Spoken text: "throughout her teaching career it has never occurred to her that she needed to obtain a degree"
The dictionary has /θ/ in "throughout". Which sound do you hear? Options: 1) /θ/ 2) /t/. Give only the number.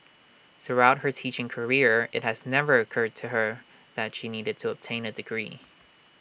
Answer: 1